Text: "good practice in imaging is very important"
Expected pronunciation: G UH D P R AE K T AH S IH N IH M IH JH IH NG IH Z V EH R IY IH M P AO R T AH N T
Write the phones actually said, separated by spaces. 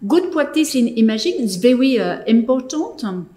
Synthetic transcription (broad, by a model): G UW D P W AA T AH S IH N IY M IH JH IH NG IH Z V EH R IY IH M P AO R T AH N T